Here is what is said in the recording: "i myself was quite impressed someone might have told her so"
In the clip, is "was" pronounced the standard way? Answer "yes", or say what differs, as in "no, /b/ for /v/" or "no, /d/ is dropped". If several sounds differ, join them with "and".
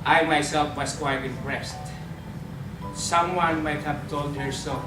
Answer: no, /s/ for /z/